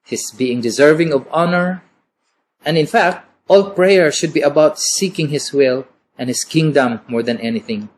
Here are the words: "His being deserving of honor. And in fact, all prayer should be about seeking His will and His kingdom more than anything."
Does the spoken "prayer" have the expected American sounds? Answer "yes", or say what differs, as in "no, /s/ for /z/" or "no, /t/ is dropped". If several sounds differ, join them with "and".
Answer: yes